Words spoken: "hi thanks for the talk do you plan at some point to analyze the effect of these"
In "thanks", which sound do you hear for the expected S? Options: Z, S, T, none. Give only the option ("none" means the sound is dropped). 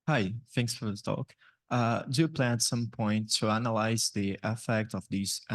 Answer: S